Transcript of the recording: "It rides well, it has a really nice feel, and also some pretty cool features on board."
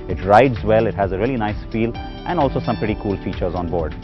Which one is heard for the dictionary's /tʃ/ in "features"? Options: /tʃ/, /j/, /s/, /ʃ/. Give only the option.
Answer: /tʃ/